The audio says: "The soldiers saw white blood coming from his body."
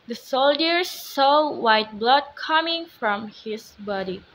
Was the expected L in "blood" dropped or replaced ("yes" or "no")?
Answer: no